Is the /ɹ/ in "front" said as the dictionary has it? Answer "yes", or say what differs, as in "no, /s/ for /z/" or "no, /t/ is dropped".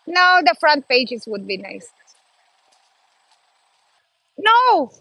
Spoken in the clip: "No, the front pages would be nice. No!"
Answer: yes